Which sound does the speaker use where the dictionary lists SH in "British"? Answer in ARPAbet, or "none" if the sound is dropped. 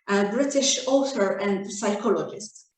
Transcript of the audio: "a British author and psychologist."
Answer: SH